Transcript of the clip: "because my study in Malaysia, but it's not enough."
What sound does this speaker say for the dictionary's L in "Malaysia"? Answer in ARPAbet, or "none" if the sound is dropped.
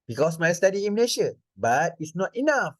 N